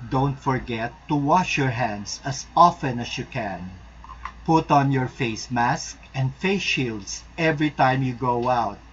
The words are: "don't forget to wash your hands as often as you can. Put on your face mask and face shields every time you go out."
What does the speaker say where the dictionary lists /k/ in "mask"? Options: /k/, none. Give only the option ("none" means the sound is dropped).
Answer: /k/